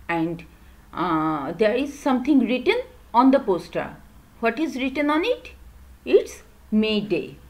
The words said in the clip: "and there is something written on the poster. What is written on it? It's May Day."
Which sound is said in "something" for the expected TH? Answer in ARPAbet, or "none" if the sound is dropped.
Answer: T